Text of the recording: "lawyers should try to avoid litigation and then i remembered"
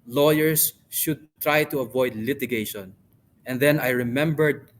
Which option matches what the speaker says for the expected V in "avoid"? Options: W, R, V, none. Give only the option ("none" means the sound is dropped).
V